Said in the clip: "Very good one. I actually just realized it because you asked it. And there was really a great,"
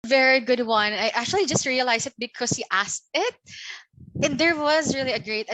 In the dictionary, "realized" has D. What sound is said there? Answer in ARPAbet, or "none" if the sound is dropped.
none